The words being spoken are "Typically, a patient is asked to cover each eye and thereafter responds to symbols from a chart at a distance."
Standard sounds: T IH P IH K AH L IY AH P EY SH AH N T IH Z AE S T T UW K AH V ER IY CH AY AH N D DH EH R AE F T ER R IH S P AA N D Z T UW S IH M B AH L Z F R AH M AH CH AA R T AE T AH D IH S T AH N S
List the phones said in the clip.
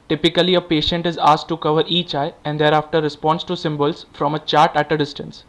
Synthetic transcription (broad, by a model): T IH P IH K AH L IY AH P EY SH AH N T IH Z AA S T T UW K AH V ER IY CH AY AH N D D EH R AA F T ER R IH S P AA N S T UW S IH M B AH L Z F R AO M AH CH AA R T AE T AH D IH S T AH N S